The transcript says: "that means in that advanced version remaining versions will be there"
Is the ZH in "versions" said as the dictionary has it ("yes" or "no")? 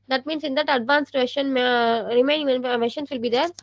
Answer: no